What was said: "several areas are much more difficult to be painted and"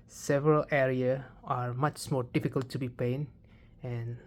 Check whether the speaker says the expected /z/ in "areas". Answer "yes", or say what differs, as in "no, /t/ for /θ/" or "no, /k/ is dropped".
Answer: no, /z/ is dropped